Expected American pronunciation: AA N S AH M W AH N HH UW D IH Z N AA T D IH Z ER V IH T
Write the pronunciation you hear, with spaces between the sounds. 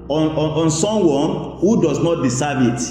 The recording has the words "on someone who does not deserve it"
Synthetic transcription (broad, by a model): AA N S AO M W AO N HH UW D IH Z N AA T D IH S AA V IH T